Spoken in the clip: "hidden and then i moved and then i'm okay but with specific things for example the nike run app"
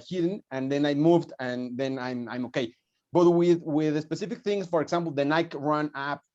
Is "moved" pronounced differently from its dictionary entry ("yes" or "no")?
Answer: no